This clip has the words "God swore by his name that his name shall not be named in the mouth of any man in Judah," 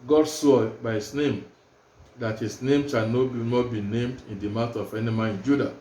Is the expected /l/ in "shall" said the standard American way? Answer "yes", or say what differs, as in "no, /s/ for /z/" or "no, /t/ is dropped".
no, /n/ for /l/